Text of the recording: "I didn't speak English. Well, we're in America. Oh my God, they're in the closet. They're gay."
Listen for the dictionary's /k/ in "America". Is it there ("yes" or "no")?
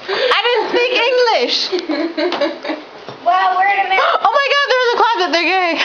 no